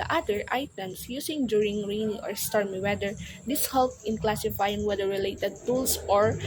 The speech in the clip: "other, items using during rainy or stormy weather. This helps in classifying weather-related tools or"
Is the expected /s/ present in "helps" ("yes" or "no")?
no